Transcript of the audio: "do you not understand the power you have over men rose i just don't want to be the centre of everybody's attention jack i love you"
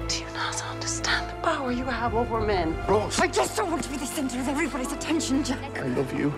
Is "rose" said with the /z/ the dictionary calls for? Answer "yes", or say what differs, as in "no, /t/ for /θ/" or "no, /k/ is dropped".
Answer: no, /z/ is dropped